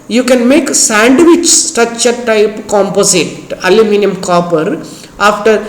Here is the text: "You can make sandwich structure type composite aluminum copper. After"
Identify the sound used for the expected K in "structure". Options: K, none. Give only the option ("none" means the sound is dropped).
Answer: none